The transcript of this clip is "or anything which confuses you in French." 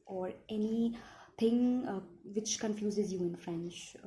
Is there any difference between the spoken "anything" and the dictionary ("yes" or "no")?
yes